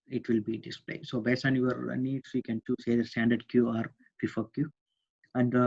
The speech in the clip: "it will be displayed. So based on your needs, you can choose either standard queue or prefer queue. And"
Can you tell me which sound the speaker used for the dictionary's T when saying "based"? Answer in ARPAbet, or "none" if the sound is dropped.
none